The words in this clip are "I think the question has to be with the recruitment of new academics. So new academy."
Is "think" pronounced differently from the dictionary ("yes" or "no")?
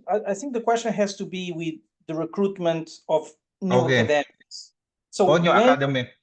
no